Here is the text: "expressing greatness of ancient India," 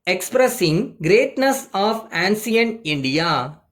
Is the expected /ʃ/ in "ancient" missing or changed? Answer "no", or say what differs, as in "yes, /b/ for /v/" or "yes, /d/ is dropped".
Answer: yes, /s/ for /ʃ/